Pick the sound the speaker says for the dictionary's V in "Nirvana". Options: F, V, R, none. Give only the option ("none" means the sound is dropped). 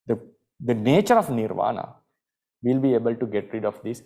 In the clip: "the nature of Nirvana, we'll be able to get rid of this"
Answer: V